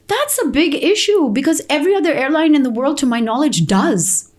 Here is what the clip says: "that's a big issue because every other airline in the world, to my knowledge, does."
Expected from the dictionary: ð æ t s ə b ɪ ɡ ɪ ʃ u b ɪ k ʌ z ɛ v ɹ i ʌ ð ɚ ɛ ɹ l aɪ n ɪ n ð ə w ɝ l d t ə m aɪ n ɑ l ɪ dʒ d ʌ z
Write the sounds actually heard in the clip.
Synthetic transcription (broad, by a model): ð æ t s ə b ɪ ɡ ɪ ʃ u b ɪ k ʌ z ɛ v ɹ i ʌ ð ɚ ɛ ɹ l aɪ n ɪ n ð ə w ɝ l d t ə m aɪ n ɑ l ɪ dʒ d ʌ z